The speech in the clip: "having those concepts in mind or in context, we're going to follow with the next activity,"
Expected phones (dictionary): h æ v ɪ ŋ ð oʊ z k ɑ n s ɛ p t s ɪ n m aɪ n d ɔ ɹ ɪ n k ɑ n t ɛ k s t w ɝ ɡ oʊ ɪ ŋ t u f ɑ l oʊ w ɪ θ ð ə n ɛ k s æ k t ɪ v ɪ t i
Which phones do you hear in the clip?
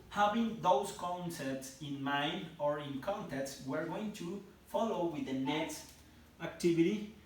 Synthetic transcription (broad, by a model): h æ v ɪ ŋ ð oʊ s k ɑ n s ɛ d t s ɪ n m aɪ n d ɔ ɹ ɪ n k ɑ n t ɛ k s w ɝ ɡ oʊ ɪ ŋ t u f ɑ l oʊ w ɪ ð ə n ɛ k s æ k t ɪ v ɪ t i